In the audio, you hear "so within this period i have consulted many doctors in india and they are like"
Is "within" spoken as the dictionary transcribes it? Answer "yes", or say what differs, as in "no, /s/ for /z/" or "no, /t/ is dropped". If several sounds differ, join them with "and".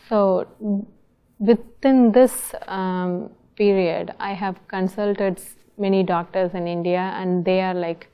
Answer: no, /t/ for /θ/